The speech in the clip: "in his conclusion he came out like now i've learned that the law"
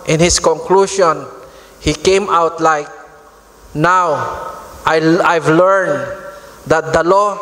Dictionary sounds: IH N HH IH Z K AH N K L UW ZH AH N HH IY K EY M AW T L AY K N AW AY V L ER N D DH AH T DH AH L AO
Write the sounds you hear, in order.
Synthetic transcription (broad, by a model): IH N HH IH S K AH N K L UW SH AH N HH IY K EY M AW T L AY K N AW AY V L ER N D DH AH T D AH L AO